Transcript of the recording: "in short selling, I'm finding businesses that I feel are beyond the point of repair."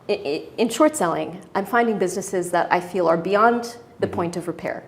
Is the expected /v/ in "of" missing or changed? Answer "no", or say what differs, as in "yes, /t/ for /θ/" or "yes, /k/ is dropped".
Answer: no